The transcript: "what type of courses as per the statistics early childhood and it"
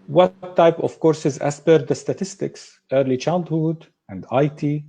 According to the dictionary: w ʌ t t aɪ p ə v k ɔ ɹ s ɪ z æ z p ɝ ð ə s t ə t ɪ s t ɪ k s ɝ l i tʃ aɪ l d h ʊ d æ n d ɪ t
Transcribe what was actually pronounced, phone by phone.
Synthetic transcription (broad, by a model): w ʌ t t aɪ p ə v k ɔ ɹ s ɪ z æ s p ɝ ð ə s t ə t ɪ s t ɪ k s ɝ l i tʃ aɪ l d h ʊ d æ n d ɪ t